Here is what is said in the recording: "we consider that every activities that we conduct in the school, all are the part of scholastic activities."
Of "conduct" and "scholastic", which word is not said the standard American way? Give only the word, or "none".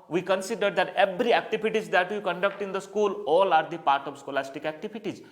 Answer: none